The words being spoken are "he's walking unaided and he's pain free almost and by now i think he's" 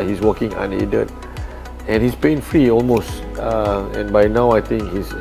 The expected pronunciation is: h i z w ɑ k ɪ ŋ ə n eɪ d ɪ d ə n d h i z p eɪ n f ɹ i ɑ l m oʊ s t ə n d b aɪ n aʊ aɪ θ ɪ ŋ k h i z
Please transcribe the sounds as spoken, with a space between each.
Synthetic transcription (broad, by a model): h i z w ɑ k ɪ ŋ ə n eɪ d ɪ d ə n h i s p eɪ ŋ f ɹ i ɑ l m oʊ s t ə n b aɪ n aʊ aɪ t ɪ ŋ k h i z